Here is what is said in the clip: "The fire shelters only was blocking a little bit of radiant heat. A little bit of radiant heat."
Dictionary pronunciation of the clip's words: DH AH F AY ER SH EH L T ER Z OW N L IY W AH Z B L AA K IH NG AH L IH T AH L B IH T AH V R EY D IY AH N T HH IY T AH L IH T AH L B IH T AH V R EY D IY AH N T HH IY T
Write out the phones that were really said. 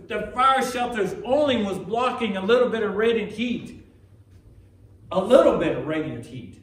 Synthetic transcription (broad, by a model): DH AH F AY ER SH EH L T ER Z OW N L IY W AH Z B L AA K IH NG AH L IH T L B IH T AH V R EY D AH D HH IY T AH L IH T L B IH T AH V R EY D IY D HH IY T